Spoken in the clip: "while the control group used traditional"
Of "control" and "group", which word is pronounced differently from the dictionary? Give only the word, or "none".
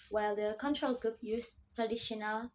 none